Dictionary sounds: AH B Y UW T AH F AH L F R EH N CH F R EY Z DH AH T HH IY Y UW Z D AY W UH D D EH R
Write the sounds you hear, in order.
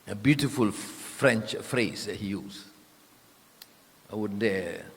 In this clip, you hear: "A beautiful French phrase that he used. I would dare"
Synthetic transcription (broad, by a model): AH B Y UW T AH F AH L F R EH N CH F R EY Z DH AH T HH IY Y UW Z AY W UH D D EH